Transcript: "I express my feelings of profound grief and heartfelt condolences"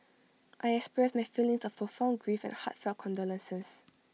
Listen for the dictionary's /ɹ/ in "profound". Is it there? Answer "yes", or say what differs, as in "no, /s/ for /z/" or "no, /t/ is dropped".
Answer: no, /ɹ/ is dropped